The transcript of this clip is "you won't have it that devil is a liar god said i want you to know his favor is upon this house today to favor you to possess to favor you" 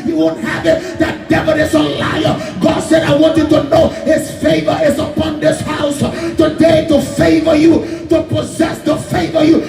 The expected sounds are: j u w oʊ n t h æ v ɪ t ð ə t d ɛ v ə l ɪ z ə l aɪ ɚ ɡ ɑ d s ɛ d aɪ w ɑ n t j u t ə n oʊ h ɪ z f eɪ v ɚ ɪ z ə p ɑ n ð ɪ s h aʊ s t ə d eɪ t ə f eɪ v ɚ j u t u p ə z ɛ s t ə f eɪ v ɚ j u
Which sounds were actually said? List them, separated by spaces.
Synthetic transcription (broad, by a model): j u w oʊ n t h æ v ɪ t ð ə t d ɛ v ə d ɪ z ə l aɪ ɚ ɡ ɑ d s ɛ d aɪ w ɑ n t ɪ t ə n oʊ h ɪ z f eɪ v ɚ ɪ z ə p ɑ n ð ɪ s h aʊ s t ə d eɪ t ə f eɪ v ɚ j u t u p ə z ɛ s t ə f eɪ v ɚ j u